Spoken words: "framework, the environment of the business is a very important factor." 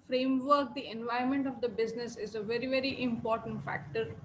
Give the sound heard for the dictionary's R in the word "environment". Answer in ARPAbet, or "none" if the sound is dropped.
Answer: none